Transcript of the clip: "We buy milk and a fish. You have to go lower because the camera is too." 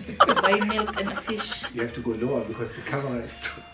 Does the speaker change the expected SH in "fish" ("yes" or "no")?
no